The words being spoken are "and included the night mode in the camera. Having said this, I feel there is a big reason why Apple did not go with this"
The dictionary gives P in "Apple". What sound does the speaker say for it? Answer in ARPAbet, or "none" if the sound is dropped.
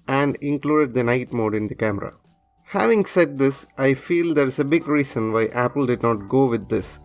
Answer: P